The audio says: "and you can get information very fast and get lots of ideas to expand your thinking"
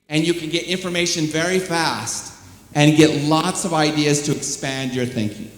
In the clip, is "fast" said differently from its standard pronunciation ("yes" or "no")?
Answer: no